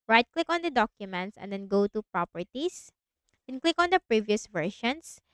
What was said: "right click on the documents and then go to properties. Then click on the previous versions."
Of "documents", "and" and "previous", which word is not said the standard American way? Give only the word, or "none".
none